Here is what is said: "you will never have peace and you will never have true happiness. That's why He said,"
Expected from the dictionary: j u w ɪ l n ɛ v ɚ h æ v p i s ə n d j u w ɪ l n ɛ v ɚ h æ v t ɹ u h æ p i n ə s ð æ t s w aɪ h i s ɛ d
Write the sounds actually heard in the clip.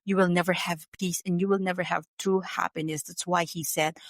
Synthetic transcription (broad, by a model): j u w ɪ l n ɛ v ɚ h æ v p i s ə n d j u w ɪ l n ɛ v ɚ h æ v t u h æ p i n ə s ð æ t s w aɪ h i s ɛ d